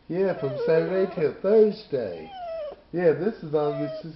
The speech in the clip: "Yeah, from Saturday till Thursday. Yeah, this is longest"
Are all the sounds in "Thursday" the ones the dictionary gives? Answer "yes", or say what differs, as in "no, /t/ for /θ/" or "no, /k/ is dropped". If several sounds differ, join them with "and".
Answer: yes